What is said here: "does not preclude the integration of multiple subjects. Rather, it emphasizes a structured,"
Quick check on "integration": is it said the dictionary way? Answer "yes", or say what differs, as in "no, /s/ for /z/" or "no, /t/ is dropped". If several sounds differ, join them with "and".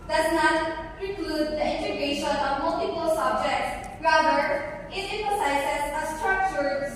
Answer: no, /ɹ/ is dropped